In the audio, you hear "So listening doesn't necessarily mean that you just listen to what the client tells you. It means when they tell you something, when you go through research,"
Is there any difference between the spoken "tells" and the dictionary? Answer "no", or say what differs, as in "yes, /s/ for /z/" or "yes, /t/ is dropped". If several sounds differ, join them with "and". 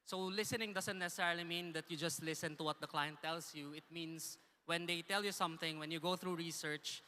yes, /s/ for /z/